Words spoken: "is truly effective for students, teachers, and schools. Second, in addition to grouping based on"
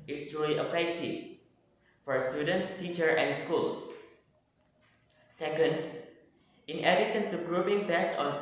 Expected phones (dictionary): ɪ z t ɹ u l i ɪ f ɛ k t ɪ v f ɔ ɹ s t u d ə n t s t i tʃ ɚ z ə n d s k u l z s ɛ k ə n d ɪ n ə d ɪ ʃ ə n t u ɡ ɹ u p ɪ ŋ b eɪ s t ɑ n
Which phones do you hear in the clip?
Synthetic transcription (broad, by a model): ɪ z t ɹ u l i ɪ f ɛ k t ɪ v f ɔ ɹ s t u d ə n t s t i tʃ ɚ ə n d s k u l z s ɛ k ə n d ɪ n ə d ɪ s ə n t u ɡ ɹ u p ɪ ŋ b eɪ s t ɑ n